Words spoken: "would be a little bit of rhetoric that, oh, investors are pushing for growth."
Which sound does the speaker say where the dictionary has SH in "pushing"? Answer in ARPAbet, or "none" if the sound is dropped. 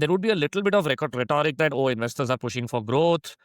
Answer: SH